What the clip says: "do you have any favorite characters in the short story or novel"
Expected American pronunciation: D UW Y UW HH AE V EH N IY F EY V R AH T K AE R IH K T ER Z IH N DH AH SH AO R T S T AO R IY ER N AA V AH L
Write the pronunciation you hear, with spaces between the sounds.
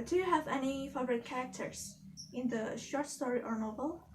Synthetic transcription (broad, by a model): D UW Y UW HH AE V EH N IY F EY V R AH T K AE R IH K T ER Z IH N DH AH SH AO R T S T AO R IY ER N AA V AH L